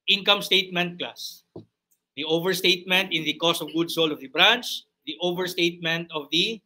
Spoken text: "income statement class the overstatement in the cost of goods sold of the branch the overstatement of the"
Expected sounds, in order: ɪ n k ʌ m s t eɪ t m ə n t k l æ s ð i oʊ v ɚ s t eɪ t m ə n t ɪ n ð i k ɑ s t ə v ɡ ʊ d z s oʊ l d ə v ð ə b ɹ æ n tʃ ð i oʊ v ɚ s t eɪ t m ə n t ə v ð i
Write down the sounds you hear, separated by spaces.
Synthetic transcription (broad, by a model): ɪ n k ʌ m s t eɪ t m ə n t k l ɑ s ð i oʊ v ɚ s t eɪ t m ə n t ɪ n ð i k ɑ s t ə v ɡ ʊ d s oʊ l ə v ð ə b ɹ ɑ n tʃ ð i oʊ v ɚ s t eɪ t m ə n t ə v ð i